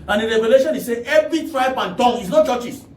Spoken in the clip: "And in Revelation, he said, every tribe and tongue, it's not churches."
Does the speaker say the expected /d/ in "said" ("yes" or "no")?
no